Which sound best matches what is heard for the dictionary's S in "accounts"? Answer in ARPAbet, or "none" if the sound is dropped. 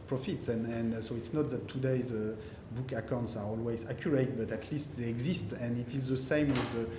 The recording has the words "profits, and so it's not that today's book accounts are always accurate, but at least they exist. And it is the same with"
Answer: S